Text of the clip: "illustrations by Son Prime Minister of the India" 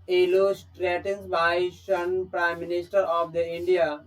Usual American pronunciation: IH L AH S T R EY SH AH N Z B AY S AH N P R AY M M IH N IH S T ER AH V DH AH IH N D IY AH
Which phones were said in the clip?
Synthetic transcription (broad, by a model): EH L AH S T R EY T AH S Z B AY SH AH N P R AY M M IH N IH S T ER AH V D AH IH N D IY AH